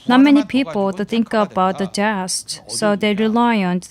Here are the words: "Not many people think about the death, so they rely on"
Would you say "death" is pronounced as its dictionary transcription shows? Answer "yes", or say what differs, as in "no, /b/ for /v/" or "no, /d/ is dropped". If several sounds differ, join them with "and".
no, /t/ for /θ/